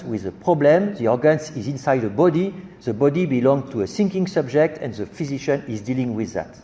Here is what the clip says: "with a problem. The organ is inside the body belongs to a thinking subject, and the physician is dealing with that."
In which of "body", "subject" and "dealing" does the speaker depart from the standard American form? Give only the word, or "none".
none